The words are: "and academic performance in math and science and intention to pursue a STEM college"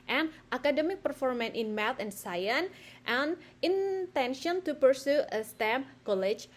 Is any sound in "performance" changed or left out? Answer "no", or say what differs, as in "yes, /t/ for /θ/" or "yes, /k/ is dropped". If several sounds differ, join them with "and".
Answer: yes, /s/ is dropped